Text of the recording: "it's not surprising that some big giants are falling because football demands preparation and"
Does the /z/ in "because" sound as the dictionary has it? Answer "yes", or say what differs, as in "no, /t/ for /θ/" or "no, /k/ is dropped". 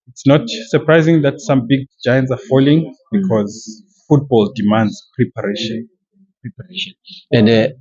yes